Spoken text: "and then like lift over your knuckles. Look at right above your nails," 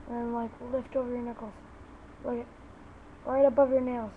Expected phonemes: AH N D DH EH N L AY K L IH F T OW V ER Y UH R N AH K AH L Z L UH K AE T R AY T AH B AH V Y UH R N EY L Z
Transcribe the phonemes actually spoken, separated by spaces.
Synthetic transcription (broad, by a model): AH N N L AY K L IH F T OW V ER Y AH R N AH K L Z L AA IH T R AY T AH B AH V Y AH R N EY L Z